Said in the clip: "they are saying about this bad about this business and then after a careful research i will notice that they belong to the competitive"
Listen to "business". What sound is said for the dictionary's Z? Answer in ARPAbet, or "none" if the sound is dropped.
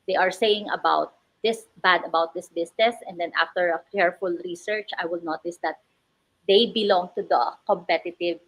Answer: S